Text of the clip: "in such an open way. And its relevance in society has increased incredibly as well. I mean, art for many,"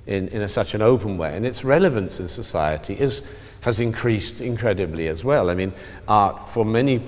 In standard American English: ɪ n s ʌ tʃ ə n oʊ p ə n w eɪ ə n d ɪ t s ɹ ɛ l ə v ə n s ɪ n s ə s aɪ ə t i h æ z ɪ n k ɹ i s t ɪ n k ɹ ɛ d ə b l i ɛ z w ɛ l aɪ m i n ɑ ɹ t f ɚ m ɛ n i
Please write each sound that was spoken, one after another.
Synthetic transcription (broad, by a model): ɪ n s ʌ tʃ ə n oʊ p ə n w eɪ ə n ɪ t s ɹ ɛ l ə v ə n s ɪ n s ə s aɪ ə t i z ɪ z ɪ n k ɹ i s t ɪ n k ɹ ɛ d ə b l i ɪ z w ɛ l aɪ m i n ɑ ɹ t f ɚ m ɛ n i